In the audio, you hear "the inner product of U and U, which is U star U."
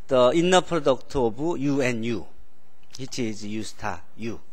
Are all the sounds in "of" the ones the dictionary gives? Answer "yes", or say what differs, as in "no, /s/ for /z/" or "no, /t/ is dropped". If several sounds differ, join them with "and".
no, /b/ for /v/